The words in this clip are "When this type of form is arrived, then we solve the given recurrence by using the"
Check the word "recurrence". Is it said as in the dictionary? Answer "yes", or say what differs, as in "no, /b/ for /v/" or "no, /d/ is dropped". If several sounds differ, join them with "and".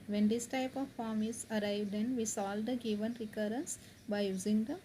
yes